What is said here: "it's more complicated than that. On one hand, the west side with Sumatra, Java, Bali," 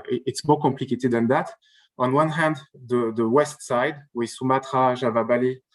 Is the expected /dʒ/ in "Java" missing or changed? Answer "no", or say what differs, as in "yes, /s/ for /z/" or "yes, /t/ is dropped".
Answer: yes, /ʒ/ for /dʒ/